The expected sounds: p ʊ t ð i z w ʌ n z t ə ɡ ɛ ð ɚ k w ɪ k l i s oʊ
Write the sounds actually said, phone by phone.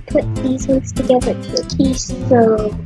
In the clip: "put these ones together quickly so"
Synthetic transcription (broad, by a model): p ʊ t ð i z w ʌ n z t ə ɡ ɛ ð ɚ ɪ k i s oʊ